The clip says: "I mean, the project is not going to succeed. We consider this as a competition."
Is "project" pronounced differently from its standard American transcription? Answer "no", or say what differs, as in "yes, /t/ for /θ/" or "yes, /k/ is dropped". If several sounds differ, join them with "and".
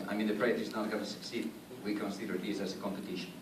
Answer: yes, /dʒ/ is dropped and /k/ is dropped